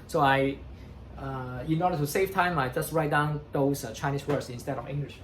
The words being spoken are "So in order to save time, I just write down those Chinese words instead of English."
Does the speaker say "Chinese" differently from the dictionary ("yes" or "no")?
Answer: yes